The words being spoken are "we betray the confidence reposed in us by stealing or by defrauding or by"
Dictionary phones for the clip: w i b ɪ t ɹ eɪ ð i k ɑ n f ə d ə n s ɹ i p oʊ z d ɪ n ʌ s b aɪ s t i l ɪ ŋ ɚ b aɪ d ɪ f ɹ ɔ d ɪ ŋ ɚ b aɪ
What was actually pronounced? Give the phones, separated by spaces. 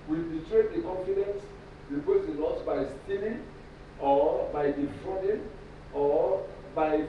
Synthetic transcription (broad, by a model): w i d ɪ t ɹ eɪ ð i k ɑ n f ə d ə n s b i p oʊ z ɪ l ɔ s b aɪ s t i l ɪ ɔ b aɪ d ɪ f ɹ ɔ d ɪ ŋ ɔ b aɪ